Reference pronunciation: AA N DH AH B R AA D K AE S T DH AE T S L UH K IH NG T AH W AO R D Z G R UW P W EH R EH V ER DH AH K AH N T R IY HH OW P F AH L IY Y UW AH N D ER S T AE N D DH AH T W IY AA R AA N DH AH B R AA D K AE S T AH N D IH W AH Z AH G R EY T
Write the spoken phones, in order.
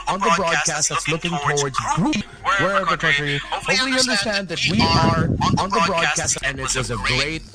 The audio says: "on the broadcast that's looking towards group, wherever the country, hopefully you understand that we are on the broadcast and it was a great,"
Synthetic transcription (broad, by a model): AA N DH AH B R AA D K AE S T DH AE T S L UH K IH NG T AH W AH R D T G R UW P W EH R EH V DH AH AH T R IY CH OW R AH IY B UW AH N D ER S T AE N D DH AH T W IY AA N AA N DH AH B R AA D K AE S T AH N IH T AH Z AH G R EY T